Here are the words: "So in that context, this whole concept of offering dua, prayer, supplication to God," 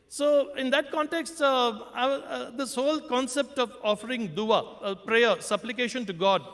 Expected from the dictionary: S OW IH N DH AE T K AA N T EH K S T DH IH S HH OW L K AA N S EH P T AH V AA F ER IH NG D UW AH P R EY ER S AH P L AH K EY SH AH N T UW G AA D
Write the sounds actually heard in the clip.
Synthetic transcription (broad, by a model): S OW IH N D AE T K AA N T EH K S T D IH S HH OW L K AA N S EH P T AH V AA F ER IH NG D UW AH P R EY ER S AH P L AH K EY SH AH N T UW G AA D